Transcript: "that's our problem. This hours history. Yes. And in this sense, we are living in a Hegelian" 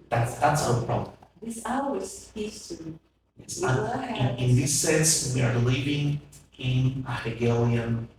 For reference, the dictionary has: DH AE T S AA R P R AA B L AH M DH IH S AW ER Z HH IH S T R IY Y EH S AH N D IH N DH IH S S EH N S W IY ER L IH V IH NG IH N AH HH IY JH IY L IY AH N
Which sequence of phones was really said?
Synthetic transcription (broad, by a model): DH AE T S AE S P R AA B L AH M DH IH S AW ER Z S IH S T IY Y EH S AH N IH N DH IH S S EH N S W IY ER L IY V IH NG IH N AH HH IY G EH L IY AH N